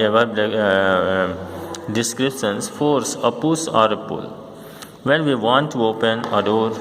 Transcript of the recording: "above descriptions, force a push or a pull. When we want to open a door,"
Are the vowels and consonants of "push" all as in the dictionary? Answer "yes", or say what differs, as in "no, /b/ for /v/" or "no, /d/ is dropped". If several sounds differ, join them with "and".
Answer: no, /s/ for /ʃ/